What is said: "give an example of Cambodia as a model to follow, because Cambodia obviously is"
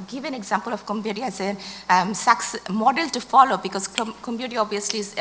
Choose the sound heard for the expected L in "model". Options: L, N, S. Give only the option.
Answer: L